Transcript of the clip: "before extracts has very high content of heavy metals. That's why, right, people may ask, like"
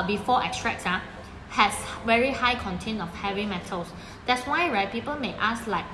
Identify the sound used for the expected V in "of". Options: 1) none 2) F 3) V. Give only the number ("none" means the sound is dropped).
2